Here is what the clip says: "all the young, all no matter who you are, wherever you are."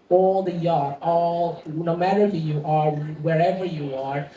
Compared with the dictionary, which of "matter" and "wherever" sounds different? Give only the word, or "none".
none